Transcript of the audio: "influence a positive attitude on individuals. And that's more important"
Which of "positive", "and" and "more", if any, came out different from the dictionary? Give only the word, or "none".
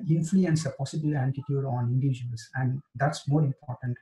positive